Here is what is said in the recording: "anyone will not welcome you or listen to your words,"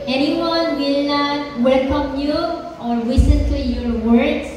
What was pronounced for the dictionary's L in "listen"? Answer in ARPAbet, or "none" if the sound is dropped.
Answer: W